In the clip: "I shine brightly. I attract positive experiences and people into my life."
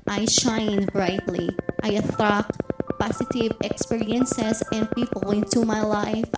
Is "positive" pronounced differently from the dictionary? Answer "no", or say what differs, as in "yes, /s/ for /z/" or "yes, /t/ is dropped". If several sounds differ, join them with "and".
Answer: yes, /s/ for /z/